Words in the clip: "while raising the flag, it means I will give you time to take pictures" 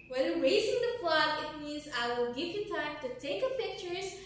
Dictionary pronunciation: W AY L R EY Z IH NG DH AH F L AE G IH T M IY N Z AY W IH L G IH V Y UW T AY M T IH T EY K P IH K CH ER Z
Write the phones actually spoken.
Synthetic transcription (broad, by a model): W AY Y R EY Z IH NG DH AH P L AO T IH T M IY N Z AY W IH L G IH V Y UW T AY M T IH T EY K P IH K CH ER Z